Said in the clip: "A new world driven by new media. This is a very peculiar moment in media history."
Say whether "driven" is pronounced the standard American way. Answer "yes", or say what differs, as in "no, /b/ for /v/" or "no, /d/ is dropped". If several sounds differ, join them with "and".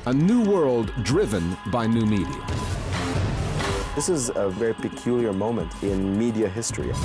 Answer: yes